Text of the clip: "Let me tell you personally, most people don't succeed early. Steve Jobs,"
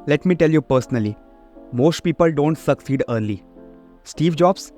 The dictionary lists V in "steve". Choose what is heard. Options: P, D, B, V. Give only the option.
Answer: V